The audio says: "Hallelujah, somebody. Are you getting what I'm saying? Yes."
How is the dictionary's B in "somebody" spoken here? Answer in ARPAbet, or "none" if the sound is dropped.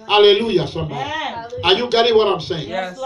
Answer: none